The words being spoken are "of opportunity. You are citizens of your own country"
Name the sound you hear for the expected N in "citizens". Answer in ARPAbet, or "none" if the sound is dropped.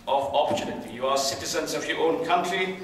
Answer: N